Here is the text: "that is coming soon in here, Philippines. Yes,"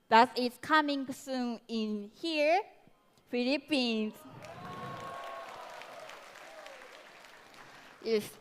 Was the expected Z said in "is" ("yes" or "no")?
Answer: no